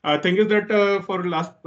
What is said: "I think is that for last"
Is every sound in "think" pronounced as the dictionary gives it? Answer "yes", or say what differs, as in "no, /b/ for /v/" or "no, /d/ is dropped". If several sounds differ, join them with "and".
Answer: no, /t/ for /θ/